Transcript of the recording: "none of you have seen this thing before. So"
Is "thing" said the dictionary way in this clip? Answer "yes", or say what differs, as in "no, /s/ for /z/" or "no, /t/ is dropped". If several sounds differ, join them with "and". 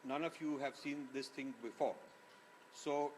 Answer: no, /t/ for /θ/